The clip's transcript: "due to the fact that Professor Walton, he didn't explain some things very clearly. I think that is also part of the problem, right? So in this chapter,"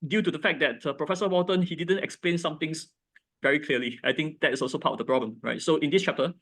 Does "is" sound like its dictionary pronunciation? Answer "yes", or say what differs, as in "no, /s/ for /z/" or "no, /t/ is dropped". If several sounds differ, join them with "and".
no, /s/ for /z/